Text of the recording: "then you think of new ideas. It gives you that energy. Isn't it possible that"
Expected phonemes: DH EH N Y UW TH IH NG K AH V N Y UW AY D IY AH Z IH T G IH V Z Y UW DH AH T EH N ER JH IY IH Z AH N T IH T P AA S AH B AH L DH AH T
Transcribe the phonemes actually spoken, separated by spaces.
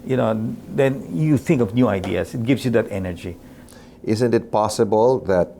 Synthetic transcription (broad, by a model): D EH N Y UW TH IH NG K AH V N Y UW AY D IY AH S IH T G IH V S Y UW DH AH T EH N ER JH IY IH Z AH N T IH T P AA S AH B AH L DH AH T